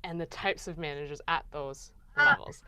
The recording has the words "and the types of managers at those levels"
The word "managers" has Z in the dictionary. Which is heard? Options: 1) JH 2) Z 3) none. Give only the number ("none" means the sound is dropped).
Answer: 2